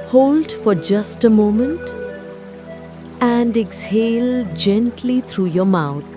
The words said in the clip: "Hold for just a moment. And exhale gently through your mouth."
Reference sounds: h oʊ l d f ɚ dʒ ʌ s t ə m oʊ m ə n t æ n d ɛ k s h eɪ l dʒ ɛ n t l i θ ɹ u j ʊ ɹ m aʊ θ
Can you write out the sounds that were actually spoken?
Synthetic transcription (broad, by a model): h oʊ l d f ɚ dʒ ʌ s t ə m oʊ m ə n t æ n d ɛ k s h eɪ l dʒ ɛ n t l i t ɹ u j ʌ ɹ m aʊ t